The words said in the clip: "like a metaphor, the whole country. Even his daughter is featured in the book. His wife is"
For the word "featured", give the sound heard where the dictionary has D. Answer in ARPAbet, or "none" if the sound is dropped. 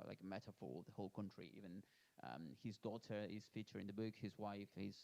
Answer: none